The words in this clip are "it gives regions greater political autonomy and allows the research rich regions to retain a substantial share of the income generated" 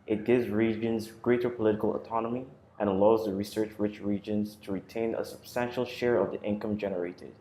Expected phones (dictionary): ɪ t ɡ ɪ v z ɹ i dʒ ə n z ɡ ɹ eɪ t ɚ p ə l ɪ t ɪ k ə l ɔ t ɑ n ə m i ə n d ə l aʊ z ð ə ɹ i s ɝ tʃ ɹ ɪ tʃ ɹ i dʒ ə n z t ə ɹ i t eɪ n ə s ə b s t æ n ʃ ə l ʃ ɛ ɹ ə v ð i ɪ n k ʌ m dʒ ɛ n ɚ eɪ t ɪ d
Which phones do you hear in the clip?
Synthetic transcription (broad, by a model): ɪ t ɡ ɪ v z ɹ i dʒ ə n z ɡ ɹ eɪ t ɚ p ə l ɪ t ɪ k ə l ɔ t ɑ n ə m i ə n ə l aʊ z ð ə ɹ i s ɝ tʃ ɹ ɪ tʃ ɹ i dʒ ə n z t ə ɹ i t eɪ n ə s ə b s t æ n ʃ l ʃ ɛ ɹ ə v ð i ɪ n k ʌ m dʒ ɛ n ɚ eɪ t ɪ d